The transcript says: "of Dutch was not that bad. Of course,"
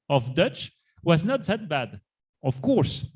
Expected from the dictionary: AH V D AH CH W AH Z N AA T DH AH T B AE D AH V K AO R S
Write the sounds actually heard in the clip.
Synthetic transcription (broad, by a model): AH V D AH CH W AH Z N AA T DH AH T B AE D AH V K AO R S